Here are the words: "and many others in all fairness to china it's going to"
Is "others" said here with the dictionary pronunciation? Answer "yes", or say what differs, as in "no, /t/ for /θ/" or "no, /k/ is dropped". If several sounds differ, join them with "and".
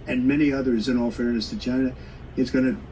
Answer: yes